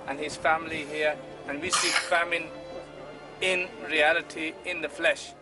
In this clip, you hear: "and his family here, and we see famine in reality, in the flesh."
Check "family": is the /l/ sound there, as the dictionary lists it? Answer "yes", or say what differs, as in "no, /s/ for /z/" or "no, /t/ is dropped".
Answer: yes